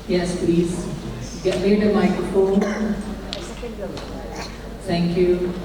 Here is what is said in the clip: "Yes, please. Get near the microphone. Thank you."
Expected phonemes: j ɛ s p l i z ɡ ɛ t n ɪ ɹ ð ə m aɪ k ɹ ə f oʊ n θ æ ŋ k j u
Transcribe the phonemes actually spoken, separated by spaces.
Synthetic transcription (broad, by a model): j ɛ s p l i z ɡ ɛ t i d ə m aɪ k ɹ ə f oʊ n t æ ŋ k j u